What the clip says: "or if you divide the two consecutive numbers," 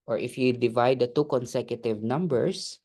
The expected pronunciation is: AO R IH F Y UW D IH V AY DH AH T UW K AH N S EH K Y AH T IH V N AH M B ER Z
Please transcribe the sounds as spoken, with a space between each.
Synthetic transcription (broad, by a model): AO R IH F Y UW D IH V AY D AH T UW K AH N S EH K Y AH T IH V N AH M B ER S